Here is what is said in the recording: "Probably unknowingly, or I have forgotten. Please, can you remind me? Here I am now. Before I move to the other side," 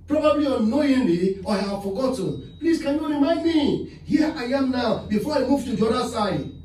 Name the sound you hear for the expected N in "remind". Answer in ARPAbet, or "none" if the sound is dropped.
none